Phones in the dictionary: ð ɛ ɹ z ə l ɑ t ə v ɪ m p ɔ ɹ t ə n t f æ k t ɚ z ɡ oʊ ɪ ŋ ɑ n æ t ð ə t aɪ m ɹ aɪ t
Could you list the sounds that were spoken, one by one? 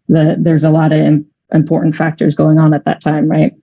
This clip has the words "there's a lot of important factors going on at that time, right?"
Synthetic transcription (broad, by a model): ð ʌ ɹ z ə l ɑ t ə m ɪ m p ɔ ɹ t n t f æ k t ɚ z ɡ oʊ ɪ ŋ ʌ n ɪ t ð ə t aɪ m ɹ aɪ t